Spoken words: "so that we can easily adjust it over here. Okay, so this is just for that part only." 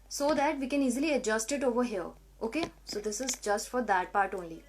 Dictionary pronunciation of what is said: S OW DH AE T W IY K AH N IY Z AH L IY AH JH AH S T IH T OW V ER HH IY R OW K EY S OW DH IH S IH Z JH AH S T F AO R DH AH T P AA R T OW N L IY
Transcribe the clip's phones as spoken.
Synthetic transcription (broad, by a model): S OW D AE T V IY K AH N IY Z AH L IY AH JH AH S T IH T OW V ER HH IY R OW K EY S OW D IH S IH Z JH AH S T F AO R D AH T P AA R T OW N L IY